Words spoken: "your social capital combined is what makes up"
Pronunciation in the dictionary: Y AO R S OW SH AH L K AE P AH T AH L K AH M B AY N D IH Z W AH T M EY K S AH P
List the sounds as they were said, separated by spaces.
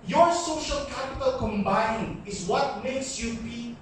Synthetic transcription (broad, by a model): Y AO R S OW SH AH L K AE P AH T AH L K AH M B AY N IH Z W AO T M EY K S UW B